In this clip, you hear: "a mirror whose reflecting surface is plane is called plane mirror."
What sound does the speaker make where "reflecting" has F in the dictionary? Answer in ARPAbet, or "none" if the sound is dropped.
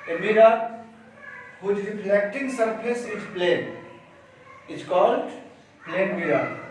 P